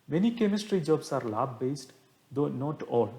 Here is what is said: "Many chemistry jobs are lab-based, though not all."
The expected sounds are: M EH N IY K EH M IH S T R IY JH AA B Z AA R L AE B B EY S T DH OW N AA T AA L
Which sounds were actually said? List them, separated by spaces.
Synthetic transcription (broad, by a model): M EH N IY K EH M IH S T R IY JH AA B S AA R L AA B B EY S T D OW N AA T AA L